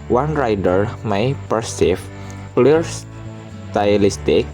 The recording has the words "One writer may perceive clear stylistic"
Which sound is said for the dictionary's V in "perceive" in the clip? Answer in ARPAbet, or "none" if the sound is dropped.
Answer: F